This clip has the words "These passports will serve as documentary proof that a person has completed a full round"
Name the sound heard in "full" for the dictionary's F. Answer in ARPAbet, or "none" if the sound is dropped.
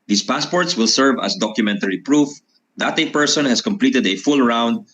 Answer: F